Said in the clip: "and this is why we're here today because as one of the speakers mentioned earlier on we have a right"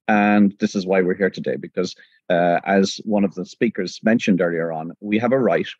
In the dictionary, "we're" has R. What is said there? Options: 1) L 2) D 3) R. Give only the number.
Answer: 3